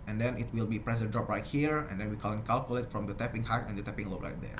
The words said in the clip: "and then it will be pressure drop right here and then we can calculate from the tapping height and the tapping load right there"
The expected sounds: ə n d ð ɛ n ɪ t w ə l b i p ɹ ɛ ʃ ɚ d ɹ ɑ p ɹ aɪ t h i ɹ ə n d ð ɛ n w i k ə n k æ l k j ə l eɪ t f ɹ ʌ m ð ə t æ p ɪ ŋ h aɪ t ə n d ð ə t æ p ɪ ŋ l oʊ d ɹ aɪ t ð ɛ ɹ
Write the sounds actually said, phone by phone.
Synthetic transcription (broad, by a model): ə n d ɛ n ɪ t w ə l b i p ɹ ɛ s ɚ d ɹ ɑ p ɹ aɪ t h i ɹ ə n d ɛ n w i k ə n k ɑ l k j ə l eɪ t f ɹ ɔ m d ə t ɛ p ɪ ŋ h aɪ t ə n d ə t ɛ p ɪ ŋ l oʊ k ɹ aɪ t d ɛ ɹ